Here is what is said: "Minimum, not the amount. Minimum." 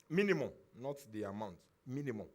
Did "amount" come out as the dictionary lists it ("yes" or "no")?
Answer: yes